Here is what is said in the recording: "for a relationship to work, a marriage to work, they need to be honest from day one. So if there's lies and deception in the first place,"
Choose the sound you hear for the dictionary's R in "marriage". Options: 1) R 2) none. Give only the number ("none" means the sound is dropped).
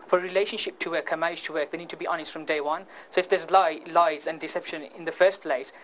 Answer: 2